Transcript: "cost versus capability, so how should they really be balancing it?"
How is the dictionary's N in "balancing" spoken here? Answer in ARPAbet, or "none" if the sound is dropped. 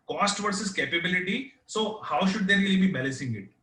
none